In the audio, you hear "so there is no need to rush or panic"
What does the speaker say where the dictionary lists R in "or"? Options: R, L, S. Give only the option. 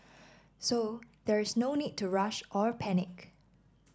R